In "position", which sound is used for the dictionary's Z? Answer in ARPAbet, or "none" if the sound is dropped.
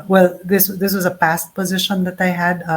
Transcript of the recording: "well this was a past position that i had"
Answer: Z